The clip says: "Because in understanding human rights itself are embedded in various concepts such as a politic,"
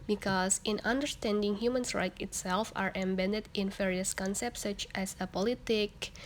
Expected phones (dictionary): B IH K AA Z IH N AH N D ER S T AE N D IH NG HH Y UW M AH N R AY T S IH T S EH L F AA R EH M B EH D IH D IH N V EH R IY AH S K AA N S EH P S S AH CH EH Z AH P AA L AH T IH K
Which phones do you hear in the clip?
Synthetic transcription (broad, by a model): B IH K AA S IH N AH N D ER S T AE N D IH NG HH Y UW M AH N R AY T IH T S EH L F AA R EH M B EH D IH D IH N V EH R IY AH S K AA N S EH P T S AH CH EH S AH P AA L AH T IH K